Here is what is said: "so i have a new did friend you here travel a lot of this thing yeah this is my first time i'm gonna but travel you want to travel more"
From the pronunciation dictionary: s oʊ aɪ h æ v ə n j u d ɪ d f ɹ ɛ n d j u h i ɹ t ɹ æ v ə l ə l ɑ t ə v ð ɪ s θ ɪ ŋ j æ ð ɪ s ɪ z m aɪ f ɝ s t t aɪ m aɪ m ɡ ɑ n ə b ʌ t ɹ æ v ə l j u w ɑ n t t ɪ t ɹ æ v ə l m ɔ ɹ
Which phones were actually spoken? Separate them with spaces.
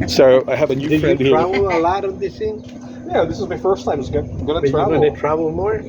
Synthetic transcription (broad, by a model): s oʊ aɪ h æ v ə n j u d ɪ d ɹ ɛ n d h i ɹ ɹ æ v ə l ə l ɑ t ə v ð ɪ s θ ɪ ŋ j æ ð ɪ s ɪ z m aɪ f ɝ s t t aɪ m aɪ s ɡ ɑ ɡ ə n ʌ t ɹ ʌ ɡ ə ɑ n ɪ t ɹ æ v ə l m ɔ ɹ